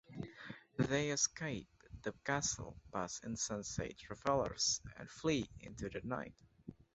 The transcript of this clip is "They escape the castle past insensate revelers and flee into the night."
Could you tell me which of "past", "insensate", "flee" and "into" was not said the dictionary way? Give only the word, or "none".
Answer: past